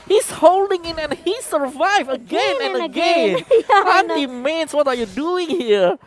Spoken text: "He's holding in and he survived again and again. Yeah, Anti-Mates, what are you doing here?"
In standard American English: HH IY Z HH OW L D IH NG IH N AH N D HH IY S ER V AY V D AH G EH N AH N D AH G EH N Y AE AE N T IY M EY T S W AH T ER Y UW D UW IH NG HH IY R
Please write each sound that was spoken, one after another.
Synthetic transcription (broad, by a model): HH IY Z HH OW L D IH NG IH N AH N HH IY S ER V AY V AH G EH N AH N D AH G EH N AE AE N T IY M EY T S W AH T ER Y UW D UW IH NG HH IY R